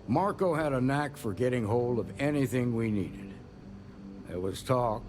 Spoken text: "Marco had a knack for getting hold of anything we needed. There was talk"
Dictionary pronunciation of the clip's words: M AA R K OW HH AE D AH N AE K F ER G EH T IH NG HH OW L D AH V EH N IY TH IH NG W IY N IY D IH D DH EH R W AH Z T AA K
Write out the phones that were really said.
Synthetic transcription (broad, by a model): M AA R K OW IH D AH N AE K F ER G EH T IH NG HH OW L D AH V EH N IY TH IH NG W IY N IY D IH D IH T W AH Z T AA K